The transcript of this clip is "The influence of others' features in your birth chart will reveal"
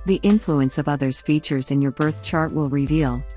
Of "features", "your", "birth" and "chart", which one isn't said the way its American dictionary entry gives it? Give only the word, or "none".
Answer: none